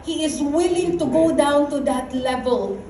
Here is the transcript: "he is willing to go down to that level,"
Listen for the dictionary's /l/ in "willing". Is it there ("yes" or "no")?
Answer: yes